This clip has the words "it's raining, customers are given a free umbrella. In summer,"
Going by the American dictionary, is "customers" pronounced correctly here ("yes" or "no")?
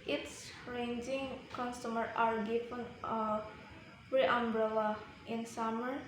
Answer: no